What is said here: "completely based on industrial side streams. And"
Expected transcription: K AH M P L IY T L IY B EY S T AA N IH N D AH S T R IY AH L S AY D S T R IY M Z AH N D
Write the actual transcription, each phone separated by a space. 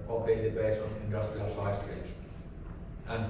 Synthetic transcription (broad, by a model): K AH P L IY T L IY B EY S T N IH N D AH S T R IY AH L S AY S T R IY Z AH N